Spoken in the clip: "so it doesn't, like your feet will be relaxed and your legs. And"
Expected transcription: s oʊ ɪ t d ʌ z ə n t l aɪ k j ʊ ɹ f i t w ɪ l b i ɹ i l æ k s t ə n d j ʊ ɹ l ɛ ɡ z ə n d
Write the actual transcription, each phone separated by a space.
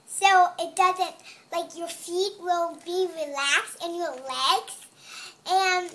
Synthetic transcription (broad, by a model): s oʊ ɪ t d ʌ z ə n t l aɪ k j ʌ ɹ f i t w ɪ l b i ɹ i l æ k s t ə n j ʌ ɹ l ɛ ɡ s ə n